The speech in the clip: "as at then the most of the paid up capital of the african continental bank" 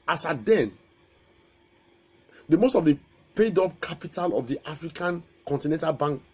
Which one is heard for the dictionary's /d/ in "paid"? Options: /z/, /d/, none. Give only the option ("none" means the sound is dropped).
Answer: /d/